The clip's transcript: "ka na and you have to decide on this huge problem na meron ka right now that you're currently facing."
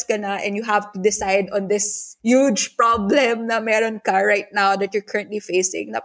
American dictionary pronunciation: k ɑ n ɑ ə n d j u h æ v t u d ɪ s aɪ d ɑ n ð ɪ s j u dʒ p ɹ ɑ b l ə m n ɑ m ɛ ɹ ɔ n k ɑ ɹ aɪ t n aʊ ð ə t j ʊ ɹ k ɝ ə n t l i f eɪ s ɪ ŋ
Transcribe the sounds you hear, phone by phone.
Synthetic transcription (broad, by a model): k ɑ n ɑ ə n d j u h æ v t u d ɪ s aɪ d ɑ n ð ɪ s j u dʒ p ɹ ɑ b l ə m n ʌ m ɛ ɹ ɔ n k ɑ ɹ aɪ t n aʊ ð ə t j ʊ ɹ k ɝ ə n t l i f eɪ s ɪ ŋ